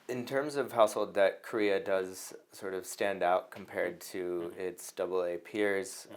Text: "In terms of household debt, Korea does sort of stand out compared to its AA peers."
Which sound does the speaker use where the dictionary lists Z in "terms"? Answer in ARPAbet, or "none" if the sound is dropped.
Z